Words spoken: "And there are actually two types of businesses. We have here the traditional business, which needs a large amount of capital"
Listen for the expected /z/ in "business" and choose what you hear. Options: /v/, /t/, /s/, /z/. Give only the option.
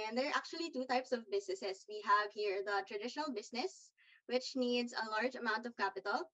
/s/